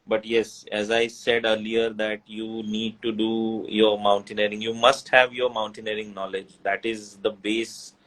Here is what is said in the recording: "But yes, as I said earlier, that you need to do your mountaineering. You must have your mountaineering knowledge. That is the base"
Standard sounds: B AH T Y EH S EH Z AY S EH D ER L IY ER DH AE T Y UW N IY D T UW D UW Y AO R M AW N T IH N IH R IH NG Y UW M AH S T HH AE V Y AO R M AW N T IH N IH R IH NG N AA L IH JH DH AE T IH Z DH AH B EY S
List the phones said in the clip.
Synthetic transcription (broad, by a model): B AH T Y EH S EH Z AY S EH D ER L IY ER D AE T Y UW N IY D T UW D UW Y AO R M AW N T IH N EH R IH NG Y UW M AH S T HH AE V Y AO R M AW N T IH N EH R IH NG N AA L IH JH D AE T IH Z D AH B EY S